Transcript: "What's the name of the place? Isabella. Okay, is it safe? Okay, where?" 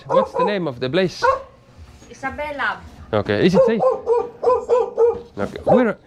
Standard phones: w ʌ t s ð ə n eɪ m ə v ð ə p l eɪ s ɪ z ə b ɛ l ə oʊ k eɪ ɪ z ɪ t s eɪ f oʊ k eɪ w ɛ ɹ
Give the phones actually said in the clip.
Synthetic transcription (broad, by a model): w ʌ t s ð ə n eɪ m ə v ð ə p l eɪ s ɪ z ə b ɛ l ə oʊ k eɪ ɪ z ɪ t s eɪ oʊ k eɪ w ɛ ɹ